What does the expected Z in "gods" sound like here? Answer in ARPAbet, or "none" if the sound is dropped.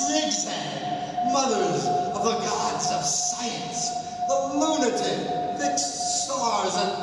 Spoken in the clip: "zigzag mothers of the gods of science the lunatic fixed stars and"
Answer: Z